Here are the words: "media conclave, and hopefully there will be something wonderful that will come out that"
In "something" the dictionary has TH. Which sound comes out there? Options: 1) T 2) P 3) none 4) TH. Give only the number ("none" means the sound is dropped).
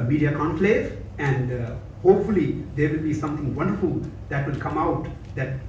1